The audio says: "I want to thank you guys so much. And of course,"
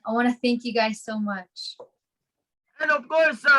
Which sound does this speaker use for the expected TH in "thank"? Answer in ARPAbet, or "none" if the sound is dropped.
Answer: TH